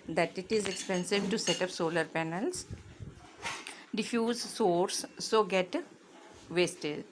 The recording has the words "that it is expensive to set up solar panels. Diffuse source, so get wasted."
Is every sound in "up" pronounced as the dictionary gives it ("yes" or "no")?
yes